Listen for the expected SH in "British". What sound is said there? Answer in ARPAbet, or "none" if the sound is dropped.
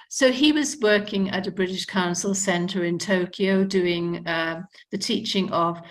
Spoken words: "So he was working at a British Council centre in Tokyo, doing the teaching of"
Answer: SH